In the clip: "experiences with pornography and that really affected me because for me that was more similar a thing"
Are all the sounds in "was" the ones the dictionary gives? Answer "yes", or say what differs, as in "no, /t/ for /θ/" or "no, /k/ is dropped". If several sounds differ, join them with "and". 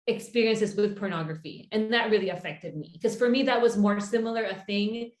yes